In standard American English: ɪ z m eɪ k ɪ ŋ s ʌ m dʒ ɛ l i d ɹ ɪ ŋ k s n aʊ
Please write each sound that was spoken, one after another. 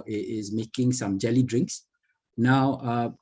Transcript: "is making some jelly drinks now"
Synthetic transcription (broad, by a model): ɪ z m eɪ k ɪ ŋ s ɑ m dʒ ɛ l i d ɹ ɪ ŋ k s n aʊ